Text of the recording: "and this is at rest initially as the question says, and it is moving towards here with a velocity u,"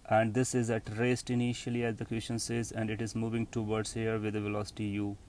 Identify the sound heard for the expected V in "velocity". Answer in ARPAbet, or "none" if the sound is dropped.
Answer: V